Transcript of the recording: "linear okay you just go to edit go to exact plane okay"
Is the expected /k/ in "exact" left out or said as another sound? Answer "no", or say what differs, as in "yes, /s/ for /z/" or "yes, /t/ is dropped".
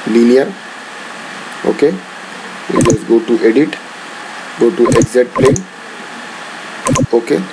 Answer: yes, /k/ is dropped